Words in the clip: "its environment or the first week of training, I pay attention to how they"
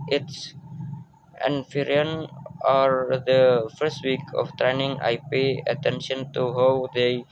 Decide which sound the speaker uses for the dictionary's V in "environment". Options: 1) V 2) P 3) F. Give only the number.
3